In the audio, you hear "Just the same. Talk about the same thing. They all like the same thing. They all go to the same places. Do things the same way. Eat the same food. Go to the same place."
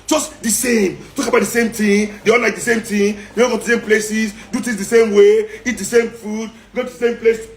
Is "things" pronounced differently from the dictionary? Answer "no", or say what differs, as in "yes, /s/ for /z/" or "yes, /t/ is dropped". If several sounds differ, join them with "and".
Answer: yes, /t/ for /θ/